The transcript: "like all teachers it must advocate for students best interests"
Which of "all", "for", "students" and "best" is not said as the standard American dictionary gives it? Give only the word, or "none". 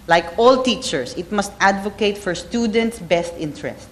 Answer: none